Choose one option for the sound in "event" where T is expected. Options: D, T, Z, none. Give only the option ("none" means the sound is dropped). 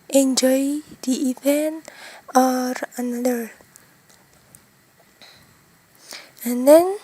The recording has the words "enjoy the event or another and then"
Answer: none